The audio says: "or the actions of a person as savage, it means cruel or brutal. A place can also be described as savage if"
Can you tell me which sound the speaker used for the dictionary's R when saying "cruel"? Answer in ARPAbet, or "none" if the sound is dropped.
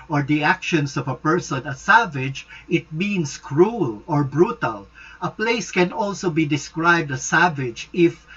R